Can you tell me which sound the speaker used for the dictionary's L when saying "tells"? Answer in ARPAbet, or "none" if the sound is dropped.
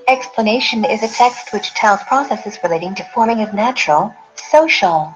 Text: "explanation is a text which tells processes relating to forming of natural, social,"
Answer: N